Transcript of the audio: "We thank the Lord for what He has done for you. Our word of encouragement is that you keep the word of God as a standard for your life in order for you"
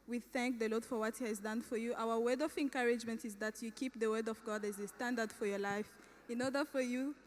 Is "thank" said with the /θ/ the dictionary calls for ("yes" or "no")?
yes